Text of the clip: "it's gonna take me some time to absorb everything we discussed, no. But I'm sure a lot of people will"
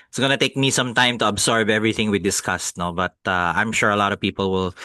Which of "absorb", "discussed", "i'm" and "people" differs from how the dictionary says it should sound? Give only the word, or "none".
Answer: absorb